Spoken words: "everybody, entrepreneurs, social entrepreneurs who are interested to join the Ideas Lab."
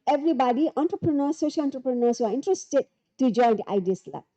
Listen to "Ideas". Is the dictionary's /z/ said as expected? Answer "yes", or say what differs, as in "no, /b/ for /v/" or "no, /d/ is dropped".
no, /s/ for /z/